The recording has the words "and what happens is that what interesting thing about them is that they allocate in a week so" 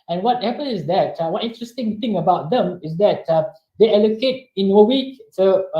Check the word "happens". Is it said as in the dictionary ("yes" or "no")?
no